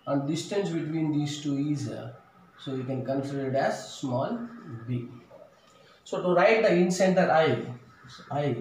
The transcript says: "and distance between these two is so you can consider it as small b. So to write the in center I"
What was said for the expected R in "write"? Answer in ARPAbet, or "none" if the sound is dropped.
R